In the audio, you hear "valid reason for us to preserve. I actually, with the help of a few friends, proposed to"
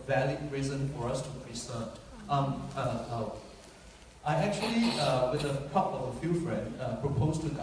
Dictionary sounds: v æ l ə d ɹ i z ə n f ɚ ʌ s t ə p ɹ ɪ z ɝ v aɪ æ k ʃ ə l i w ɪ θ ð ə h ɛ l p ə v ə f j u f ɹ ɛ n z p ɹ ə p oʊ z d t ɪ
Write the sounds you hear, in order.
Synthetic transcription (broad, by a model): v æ l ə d ɹ i z ə n f ɚ ʌ s t ə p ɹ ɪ s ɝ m aɪ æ k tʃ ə l i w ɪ ð ə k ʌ p ə v ə f j u f ɹ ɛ n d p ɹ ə p oʊ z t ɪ